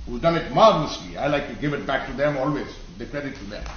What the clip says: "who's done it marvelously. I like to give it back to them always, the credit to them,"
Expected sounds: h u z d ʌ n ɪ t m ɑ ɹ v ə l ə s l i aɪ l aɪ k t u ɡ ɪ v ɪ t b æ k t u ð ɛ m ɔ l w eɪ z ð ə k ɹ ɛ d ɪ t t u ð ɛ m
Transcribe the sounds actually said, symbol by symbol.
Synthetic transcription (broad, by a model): h u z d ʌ l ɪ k m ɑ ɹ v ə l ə s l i aɪ l aɪ k t u ɡ ɪ v ɪ t b æ k t u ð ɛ m ɔ l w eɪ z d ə k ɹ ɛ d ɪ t t u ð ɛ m